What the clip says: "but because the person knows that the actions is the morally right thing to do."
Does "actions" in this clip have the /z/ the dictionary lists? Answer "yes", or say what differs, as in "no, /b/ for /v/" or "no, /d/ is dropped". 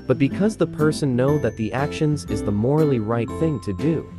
yes